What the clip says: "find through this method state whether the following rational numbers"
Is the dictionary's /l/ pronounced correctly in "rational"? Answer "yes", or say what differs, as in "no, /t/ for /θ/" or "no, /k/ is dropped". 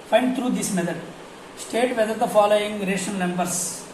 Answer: no, /n/ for /l/